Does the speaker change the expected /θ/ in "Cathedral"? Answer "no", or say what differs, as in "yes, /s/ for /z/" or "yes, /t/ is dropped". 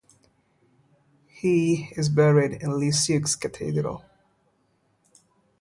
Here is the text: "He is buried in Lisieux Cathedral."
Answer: yes, /t/ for /θ/